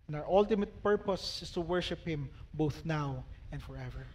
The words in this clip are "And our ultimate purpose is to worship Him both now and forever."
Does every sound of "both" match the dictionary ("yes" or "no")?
yes